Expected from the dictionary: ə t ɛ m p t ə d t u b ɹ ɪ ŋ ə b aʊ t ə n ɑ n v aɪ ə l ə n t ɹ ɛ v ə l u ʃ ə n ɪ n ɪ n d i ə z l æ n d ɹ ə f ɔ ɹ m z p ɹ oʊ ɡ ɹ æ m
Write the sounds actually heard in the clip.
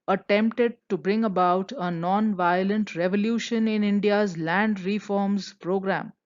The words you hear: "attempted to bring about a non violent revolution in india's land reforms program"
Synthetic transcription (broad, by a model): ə t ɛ m p t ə d t u b ɹ ɪ ŋ ə b aʊ t ə n ɑ n v aɪ ə l ə n t ɹ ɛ v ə l u ʃ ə n ɪ n ɪ n d i ə z l æ n d ɹ ə f ɔ ɹ m z p ɹ oʊ ɡ ɹ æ m